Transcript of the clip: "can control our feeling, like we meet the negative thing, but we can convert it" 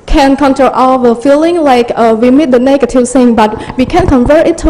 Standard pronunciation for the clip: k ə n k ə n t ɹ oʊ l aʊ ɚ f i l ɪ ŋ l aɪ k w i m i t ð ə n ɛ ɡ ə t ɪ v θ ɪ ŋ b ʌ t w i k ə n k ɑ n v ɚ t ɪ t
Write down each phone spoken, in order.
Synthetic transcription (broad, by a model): k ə n k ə n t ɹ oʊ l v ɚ f i l ɪ ŋ l aɪ k w i m i t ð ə n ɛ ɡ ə t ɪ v s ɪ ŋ b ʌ t w i k ə n k ɑ n v ɚ t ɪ t